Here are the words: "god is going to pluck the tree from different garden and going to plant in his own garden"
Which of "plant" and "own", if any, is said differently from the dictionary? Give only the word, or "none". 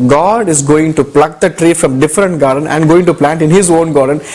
none